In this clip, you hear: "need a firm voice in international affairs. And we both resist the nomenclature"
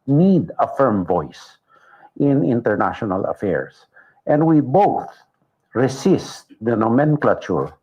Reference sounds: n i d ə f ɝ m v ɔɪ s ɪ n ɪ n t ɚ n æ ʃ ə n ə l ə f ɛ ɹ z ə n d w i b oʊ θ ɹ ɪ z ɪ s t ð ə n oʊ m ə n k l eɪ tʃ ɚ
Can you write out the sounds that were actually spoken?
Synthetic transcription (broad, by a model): n i d ə f ɝ m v ɔɪ s ɪ n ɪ n t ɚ n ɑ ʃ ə n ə l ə f ɛ ɹ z ə n d w i b oʊ θ ɹ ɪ s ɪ s t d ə n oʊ m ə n k l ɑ tʃ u